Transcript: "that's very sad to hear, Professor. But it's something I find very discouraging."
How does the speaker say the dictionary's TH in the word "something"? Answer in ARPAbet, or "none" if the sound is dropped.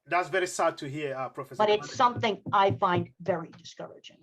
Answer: TH